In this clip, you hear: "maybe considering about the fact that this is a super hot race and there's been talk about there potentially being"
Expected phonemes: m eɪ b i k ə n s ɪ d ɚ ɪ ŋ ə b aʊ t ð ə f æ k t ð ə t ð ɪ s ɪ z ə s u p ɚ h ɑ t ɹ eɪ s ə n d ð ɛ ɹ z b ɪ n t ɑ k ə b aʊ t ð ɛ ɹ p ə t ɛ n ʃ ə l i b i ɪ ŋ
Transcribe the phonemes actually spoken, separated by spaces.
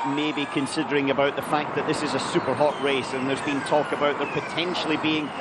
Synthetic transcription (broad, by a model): m eɪ b i k ə n s ɪ d ɚ ɪ ŋ ə b aʊ t ð ə f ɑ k ð ə t ð ɪ s ɪ z ə s u p ɚ h ɑ t ɹ eɪ s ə n ð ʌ ɹ z b ɪ n t ɑ k ə b aʊ t ð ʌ ɹ p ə t ɛ n ʃ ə l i b i ɪ ŋ